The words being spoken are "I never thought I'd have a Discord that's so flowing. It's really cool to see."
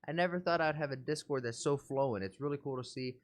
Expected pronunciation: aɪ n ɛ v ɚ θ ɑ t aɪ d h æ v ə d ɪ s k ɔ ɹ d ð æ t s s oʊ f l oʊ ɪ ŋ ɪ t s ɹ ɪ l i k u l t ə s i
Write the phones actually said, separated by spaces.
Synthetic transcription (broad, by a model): aɪ n ɛ v ɚ θ ɑ t aɪ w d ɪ v ə d ɪ s k ɔ ɹ d ð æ t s s oʊ f l oʊ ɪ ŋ ɪ t s ɹ ɪ l i k u l t ə s i